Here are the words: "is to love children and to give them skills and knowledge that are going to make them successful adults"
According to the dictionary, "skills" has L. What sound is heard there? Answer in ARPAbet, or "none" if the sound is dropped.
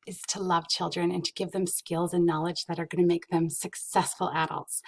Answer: L